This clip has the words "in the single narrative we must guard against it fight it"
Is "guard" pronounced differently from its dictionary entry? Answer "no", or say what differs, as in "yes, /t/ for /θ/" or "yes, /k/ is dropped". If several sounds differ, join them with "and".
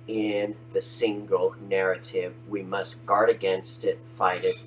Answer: no